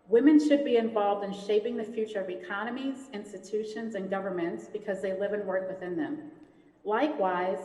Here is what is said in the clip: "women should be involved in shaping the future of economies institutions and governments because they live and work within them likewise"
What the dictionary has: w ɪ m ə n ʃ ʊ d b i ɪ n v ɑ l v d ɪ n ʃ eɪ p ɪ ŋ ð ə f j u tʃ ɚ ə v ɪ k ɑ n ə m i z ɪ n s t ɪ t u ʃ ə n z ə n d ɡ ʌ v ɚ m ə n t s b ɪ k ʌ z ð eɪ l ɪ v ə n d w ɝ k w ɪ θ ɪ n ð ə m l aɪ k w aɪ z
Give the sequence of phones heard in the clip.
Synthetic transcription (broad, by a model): w ɪ m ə n ʃ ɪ d b i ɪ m v ɑ l v d ɪ n ʃ eɪ p ɪ ŋ ð ə f j u tʃ ɚ ə v ɪ k ɑ n ə m i z ɪ n s t ɪ t u ʃ ə n z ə n ɡ ʌ v ɚ m ə n t s b ɪ k ʌ z ð eɪ l ɪ v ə n w ɝ k w ɪ θ ɪ n ð ə m l aɪ k w aɪ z